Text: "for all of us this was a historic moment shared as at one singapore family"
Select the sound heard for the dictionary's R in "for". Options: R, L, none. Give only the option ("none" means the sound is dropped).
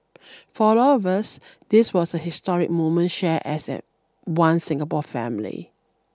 L